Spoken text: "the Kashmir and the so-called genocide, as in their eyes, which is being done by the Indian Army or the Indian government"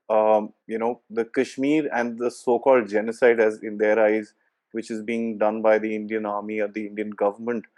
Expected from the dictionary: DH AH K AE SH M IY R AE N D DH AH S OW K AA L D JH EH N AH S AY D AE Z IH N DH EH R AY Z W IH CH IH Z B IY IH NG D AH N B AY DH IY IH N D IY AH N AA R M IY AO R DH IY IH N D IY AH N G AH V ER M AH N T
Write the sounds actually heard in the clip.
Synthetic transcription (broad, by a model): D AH K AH SH M IY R AE N D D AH S OW K AA L D JH EH N AH S AY D AE Z IH N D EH R AY Z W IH CH IH Z B IY IH NG D AH N B AY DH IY IH N D IY AH N AA R M IY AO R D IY IH N D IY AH N G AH V ER M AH N T